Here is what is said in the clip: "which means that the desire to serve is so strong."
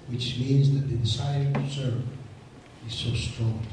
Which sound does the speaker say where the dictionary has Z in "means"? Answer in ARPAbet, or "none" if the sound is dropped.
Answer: Z